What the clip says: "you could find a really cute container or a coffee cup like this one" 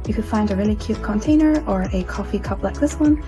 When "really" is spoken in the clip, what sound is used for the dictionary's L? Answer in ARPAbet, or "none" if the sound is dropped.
N